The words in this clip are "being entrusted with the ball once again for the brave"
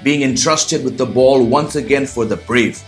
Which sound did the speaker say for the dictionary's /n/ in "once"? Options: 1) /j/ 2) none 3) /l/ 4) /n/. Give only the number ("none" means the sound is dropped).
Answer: 4